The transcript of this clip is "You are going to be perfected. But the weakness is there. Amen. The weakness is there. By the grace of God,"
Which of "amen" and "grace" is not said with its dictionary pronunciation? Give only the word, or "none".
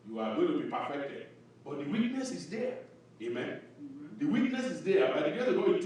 grace